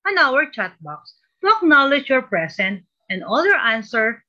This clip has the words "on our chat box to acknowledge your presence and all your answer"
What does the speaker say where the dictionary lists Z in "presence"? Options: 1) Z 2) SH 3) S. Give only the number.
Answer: 3